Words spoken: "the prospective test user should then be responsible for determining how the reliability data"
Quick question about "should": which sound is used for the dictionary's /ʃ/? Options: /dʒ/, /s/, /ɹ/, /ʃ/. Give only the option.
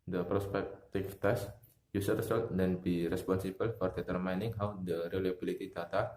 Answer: /s/